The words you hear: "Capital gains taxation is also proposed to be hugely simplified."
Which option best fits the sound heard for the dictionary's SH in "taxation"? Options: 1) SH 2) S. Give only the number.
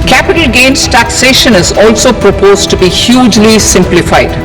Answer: 1